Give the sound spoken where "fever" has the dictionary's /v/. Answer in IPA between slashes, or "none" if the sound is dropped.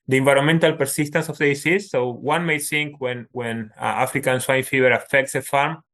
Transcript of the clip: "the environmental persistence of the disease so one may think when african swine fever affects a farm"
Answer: /b/